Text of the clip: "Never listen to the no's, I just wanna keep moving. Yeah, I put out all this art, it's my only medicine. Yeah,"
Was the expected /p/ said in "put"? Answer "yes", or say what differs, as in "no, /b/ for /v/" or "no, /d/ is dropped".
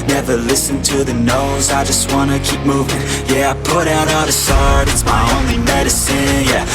yes